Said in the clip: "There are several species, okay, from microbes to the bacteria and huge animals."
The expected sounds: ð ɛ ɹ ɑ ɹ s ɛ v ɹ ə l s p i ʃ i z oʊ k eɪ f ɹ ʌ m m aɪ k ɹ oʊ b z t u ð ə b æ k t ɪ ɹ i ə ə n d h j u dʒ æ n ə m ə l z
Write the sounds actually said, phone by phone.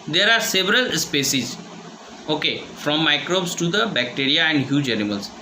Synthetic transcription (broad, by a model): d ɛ ɹ ɑ ɹ s ɛ v ɹ ə l s p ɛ s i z oʊ k eɪ f ɹ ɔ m m aɪ k ɹ oʊ b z t u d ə b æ k t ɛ ɹ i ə ə n d h j u dʒ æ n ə m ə l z